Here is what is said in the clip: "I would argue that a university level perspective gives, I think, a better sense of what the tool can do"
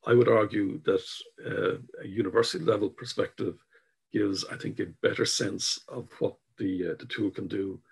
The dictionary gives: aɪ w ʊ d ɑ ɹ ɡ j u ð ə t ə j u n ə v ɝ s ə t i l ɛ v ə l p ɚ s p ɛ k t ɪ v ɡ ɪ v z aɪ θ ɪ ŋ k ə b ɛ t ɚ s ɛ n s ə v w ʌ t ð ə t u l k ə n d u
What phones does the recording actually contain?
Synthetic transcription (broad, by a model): aɪ w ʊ d ɑ ɹ ɡ j u ð ə t ə j u n ə v ɝ s ə t i l ɛ v ə l p ɚ s p ɛ k t ɪ v ɡ ɪ v z aɪ θ ɪ ŋ k ə b ɛ t ɚ s ɛ n s ə v w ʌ t ð ə t u l k ə n d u